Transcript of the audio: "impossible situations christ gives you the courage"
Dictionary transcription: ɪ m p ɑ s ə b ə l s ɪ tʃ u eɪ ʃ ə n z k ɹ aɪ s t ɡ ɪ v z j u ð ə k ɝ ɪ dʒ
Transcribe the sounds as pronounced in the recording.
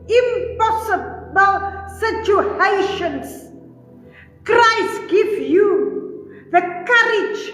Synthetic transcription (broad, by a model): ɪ m p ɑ s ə b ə l s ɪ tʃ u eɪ ʃ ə n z k ɹ aɪ s t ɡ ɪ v j u ð ə k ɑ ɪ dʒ